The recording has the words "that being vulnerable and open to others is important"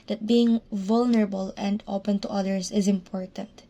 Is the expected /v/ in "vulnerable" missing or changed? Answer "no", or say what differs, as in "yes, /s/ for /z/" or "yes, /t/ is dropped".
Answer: no